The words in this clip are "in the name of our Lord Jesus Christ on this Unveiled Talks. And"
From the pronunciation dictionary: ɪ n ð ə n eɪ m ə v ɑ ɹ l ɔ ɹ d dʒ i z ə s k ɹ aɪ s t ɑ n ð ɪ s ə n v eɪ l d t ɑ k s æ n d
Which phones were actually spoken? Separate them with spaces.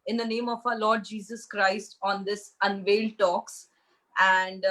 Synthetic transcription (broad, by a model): ɪ n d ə n eɪ m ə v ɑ l ɔ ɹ d dʒ i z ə s k ɹ aɪ s t ɑ n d ɪ s ə n v eɪ l d t ɑ k s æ n d